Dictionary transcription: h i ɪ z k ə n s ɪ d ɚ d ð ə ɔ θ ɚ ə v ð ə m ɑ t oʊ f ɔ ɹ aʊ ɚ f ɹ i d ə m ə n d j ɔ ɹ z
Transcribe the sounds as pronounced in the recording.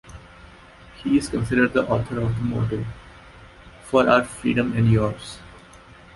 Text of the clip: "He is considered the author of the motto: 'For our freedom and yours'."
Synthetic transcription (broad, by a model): h i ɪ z k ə n s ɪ d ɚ d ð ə ɔ t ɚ ə v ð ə m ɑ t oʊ f ɔ ɹ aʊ ɚ f ɹ i d ə m ə n d j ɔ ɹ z